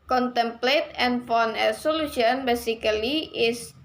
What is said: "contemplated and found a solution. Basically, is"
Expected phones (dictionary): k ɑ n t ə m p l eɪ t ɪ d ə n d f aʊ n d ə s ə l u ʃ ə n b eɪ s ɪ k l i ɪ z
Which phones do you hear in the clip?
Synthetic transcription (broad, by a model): k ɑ n t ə m p l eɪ t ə n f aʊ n ə s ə l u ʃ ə n b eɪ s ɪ k l i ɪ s